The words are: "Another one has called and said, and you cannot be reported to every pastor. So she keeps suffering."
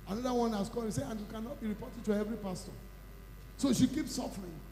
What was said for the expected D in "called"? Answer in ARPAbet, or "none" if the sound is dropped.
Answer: none